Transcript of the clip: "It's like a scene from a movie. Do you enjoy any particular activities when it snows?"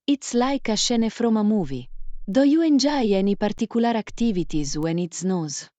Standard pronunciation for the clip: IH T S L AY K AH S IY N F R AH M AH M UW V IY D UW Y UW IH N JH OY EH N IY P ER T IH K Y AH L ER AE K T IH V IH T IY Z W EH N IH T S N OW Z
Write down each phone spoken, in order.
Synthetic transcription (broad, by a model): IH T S L AY K AH SH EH N F R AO M AH M UW V IY D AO Y UW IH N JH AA EH N IY P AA T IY K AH L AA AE K T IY V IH T IY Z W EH N IH T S N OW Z